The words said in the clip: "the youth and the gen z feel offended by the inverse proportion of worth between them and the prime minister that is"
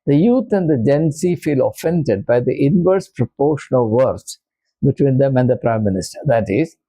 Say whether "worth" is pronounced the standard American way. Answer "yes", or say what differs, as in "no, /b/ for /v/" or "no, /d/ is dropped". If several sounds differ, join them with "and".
no, /s/ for /θ/